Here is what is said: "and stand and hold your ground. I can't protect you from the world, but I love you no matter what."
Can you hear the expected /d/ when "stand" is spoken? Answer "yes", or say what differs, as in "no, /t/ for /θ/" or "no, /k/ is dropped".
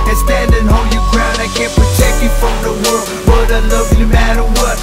yes